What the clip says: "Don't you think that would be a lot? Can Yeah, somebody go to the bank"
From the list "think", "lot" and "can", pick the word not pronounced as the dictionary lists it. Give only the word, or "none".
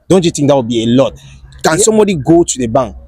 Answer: think